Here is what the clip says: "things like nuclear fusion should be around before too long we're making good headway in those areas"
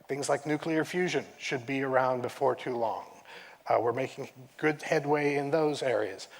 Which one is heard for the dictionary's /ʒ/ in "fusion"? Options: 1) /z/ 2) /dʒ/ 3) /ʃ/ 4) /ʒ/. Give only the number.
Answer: 4